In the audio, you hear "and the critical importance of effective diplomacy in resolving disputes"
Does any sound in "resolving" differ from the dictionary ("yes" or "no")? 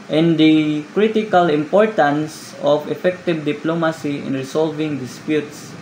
yes